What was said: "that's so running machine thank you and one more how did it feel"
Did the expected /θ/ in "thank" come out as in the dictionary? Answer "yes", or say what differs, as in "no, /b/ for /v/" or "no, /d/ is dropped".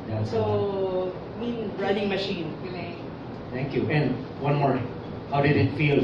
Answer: no, /t/ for /θ/